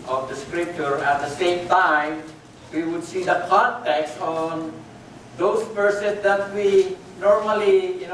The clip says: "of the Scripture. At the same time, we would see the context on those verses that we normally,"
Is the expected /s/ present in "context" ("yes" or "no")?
yes